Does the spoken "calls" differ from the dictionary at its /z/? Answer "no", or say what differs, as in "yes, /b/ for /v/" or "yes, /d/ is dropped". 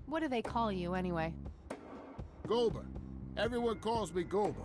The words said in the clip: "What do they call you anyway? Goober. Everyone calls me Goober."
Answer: no